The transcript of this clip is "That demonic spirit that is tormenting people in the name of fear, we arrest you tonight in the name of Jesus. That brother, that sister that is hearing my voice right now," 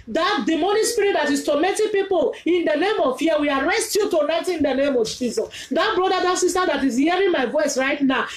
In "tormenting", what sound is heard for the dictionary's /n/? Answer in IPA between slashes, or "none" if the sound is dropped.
none